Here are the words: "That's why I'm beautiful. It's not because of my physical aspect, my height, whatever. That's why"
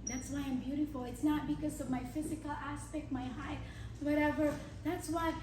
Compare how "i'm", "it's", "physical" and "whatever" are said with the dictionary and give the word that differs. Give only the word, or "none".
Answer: none